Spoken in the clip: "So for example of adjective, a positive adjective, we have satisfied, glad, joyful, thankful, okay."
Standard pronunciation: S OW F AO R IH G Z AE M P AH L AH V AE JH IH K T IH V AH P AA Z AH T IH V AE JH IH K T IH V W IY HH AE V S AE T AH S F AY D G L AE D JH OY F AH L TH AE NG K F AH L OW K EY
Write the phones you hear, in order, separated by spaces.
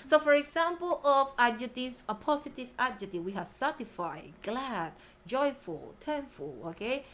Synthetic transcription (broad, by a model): S OW F AO R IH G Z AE M P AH L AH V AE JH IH T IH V AH P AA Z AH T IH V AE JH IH T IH W IY HH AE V S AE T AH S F AY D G L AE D JH OY F AH L T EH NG F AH L OW K EY